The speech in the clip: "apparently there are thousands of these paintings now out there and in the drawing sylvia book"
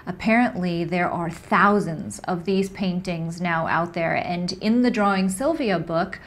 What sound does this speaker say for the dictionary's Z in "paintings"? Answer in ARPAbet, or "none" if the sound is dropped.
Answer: Z